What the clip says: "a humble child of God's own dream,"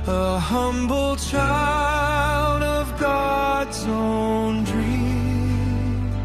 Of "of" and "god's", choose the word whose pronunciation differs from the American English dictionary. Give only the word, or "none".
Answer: none